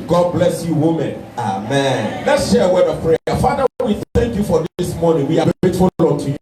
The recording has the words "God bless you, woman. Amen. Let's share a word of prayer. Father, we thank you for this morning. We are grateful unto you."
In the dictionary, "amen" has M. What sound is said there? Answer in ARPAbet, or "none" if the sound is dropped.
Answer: M